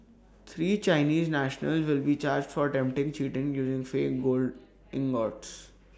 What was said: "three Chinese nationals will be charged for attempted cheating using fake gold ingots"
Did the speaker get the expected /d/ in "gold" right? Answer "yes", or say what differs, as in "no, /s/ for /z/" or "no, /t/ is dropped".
yes